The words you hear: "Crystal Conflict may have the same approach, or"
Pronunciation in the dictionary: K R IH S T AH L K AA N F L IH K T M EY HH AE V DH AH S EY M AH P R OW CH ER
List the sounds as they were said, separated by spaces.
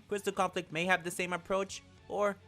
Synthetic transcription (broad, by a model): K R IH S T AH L K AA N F L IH K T M EY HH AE V DH AH S EY M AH P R OW CH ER